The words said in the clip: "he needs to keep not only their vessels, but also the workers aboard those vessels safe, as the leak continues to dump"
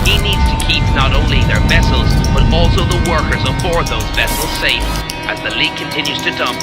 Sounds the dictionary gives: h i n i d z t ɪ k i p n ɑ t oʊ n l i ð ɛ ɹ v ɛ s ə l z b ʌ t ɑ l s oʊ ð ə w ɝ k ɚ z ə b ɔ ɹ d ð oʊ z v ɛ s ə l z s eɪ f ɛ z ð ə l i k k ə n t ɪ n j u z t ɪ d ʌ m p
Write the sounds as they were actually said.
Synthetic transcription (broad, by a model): h i n i d z t ɪ k i p n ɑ t oʊ n l i ð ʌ ɹ v ɛ s l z b ʌ t ɑ l s oʊ ð ə w ɝ k ɚ z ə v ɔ ɹ ð oʊ z v ɛ s l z s eɪ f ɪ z ð ə l i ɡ k ə n t ɪ n j u z t ɪ d ʌ m p